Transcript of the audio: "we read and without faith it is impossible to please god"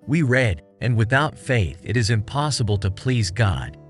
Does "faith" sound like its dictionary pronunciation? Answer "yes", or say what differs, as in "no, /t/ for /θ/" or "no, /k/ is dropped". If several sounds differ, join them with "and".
yes